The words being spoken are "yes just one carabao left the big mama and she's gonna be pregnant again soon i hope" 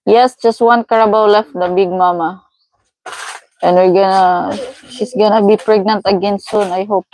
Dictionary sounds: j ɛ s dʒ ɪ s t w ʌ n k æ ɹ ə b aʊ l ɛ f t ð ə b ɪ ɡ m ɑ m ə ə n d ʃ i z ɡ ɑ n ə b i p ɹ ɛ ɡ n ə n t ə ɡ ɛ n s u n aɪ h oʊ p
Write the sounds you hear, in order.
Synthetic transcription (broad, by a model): j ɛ s dʒ ɪ s t w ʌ n k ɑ ɹ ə b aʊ l ɛ f t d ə b ɪ ɡ m ɑ m ə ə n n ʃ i s ɡ ɑ n ə b i p ɹ ɛ ɡ n ə n t ə ɡ ɛ n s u n aɪ h oʊ p